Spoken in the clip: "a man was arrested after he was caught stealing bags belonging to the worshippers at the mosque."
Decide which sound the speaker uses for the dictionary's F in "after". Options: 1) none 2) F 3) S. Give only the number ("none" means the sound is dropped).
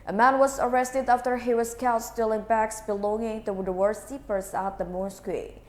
2